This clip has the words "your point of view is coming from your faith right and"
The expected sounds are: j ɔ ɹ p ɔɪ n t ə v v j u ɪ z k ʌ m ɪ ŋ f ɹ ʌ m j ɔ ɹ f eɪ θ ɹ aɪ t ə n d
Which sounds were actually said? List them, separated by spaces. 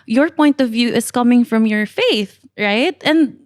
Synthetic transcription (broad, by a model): j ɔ ɹ p ɔɪ n t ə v v j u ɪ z k ʌ m ɪ ŋ f ɹ ʌ m j ɔ ɹ f eɪ θ ɹ aɪ t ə n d